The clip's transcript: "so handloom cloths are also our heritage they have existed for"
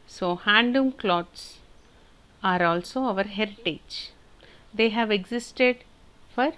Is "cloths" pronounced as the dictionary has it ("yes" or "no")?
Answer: no